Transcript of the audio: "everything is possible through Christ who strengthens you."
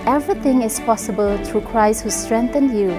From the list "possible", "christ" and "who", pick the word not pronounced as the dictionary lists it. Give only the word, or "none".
none